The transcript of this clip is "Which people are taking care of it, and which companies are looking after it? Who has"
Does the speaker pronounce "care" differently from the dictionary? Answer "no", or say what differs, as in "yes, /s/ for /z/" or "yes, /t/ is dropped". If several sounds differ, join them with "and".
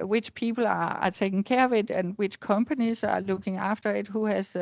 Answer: yes, /w/ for /ɹ/